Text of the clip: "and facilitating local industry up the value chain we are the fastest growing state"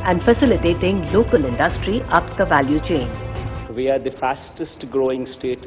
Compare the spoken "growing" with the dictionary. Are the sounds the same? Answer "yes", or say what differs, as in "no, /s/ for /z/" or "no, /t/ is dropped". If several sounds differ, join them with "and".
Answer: yes